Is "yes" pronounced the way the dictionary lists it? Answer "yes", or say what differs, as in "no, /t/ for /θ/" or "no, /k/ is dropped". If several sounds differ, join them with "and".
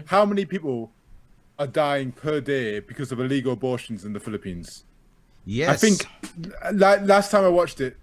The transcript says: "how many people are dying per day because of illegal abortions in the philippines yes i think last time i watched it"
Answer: no, /s/ is dropped